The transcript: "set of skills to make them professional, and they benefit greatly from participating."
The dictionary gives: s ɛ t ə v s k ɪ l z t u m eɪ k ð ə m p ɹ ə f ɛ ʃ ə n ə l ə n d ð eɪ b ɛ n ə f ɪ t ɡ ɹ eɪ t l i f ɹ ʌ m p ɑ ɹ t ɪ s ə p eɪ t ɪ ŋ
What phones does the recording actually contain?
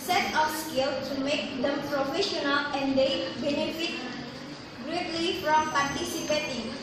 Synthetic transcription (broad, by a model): s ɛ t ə f s k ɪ l t u m eɪ k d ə m p ɹ ə f ɛ ʃ ə n ə l ə n d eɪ b ɛ n ə f ɪ t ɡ ɹ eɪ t l i f ɹ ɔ m p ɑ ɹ t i s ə p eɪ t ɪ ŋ